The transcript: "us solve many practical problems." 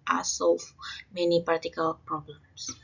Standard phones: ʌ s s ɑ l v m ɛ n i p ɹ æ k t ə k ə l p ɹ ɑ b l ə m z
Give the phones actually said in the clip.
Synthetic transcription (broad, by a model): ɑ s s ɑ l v m ɛ n i p ɑ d t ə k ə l p ɹ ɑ b l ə m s